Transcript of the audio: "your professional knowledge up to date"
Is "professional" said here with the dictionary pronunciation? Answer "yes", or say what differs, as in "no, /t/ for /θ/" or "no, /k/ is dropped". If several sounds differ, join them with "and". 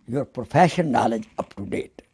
no, /n/ is dropped